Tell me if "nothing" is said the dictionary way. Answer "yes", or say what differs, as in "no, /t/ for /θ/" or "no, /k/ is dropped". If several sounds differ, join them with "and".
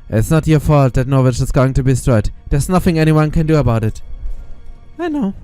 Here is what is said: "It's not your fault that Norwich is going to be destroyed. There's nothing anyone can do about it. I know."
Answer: yes